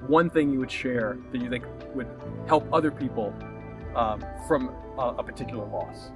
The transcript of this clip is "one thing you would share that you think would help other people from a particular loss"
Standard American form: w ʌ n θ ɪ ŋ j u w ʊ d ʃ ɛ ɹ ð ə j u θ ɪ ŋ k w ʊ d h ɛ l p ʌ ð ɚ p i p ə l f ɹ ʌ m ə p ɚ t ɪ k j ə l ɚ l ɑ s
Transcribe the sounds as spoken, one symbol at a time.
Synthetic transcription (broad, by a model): w ʌ n θ ɪ ŋ j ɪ w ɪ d ʃ ɛ ɹ ð ə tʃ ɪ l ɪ k w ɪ d h ɛ l p ʌ ð ɚ p i p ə f ɹ ʌ m ə p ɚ t ɪ k j l ɚ l ɑ s